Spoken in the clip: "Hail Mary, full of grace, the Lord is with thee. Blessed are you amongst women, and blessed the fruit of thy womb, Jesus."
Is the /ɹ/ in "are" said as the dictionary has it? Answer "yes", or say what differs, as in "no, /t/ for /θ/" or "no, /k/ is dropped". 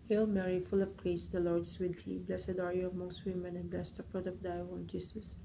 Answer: yes